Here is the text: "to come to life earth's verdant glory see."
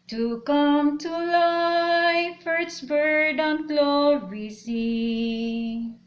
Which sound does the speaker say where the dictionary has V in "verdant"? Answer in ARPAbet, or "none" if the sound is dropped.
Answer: B